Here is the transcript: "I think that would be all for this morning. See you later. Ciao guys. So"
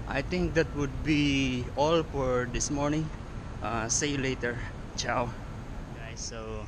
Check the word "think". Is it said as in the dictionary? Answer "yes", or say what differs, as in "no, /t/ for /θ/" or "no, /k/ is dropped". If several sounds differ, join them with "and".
no, /t/ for /θ/